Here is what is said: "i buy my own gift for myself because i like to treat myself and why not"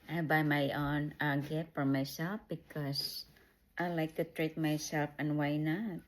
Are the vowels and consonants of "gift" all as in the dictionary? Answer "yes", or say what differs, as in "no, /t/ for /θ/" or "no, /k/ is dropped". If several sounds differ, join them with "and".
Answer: no, /f/ is dropped